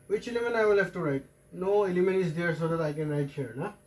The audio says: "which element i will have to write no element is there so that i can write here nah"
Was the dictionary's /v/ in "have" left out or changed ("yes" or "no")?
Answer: yes